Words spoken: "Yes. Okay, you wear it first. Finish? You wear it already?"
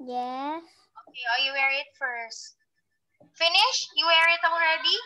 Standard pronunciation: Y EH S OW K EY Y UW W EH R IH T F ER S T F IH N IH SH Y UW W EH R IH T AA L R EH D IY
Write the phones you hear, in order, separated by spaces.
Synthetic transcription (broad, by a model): Y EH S OW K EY Y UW W EH R IH T F ER S T F IH N IH SH Y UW W EH R IH T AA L R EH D IY